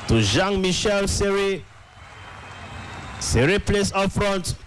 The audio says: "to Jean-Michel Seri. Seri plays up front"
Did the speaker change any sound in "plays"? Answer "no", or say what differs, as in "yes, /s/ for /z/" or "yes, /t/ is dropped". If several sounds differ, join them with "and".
yes, /s/ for /z/